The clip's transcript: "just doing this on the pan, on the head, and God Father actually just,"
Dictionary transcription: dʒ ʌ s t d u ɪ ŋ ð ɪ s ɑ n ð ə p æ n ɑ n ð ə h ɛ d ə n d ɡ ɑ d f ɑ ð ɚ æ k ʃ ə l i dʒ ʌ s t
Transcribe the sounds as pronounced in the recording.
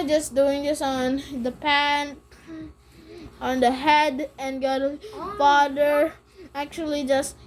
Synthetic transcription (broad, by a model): dʒ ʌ s d u ɪ ŋ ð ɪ s n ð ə p æ n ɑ n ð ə h ɛ d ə n ɡ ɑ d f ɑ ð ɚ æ k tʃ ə l i dʒ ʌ s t